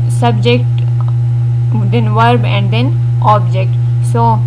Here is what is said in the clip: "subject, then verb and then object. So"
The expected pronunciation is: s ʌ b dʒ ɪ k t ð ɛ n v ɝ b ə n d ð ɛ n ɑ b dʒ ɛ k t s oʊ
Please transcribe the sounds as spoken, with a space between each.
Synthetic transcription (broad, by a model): s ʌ b dʒ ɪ k t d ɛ n v ɝ b ə n d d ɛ n ɑ b dʒ ɛ k t s oʊ